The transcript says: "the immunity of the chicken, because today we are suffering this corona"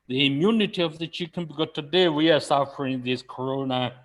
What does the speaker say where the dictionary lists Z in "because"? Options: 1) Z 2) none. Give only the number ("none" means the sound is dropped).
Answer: 2